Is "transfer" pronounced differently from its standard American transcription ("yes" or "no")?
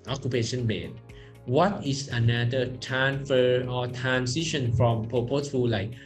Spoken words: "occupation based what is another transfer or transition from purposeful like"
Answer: yes